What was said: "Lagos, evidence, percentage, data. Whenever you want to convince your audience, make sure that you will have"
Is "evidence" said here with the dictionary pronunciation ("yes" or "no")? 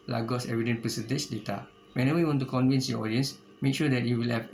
no